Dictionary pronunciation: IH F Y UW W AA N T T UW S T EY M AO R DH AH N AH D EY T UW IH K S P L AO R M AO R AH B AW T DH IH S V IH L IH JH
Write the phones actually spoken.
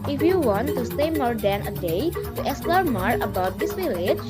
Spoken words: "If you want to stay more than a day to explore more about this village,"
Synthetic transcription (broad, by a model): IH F Y UW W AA N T T UW S T EY M AO R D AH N AH D EY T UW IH S L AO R M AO R AH B AW T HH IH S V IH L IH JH